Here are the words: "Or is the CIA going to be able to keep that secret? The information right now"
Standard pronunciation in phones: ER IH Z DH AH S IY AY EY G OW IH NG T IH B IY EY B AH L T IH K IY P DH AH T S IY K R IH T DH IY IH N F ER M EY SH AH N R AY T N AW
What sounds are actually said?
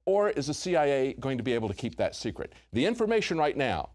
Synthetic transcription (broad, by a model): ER IH Z DH AH S IY AY EY G OW IH NG T IH B IY EY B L T IH K IY P DH AH T S IY K R IH T DH IY IH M F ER M EY SH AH N R AY T N AW